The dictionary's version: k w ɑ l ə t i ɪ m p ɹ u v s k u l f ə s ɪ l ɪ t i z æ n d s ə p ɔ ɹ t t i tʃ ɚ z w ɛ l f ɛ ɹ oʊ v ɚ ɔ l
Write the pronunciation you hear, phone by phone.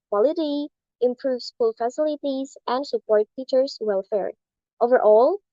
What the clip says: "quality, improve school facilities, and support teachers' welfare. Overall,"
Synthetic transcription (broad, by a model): k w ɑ l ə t i ɪ m p ɹ u v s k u l f ə s ɪ l ɪ t i z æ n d s ə p ɔ ɹ t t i tʃ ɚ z w ɛ l f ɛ ɹ oʊ v ɚ ɔ l